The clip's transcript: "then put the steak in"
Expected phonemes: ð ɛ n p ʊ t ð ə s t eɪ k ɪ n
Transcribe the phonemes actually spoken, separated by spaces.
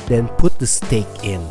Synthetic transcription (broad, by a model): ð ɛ n p ʊ t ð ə s t eɪ k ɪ n